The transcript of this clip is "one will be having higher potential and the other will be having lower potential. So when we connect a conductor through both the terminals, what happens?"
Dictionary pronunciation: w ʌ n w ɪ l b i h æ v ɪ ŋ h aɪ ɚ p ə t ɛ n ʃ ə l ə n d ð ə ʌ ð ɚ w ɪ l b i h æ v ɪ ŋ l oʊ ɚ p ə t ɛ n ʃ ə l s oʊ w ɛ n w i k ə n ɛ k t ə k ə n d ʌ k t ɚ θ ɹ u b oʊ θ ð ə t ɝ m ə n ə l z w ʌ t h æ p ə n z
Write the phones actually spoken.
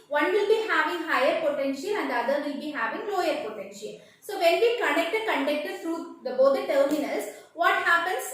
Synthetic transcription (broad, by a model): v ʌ n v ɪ l b i h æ v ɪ ŋ h aɪ ɚ p ə t ɛ n ʃ ə l ə n d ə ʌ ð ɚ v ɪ l b i h æ v ɪ ŋ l oʊ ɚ p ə t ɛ n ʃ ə l s oʊ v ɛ n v i k ə n ɛ k t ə k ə n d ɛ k t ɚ t ɹ u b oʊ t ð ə t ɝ m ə n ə l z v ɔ t h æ p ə n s